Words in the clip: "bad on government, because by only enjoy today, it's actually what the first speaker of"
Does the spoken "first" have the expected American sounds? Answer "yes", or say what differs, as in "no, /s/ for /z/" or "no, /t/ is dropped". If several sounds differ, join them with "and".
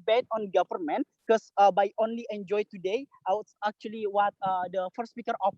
no, /s/ is dropped